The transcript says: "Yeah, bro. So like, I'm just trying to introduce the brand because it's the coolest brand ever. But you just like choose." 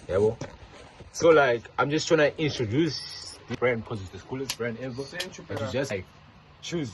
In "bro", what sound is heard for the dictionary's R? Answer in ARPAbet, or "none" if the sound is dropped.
none